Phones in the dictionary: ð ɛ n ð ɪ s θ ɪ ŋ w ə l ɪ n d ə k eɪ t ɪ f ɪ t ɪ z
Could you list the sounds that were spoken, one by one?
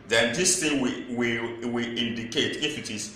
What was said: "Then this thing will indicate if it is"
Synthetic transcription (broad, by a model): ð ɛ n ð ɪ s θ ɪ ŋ w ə w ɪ n d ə k eɪ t ɪ f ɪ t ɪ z